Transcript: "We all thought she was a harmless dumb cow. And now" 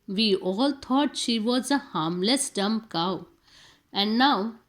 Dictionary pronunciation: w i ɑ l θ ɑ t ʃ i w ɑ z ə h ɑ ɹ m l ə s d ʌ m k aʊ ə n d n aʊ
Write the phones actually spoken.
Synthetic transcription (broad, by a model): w i ɑ l t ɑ t ʃ i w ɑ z ə h ɑ ɹ m l ə s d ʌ m k aʊ ə n d n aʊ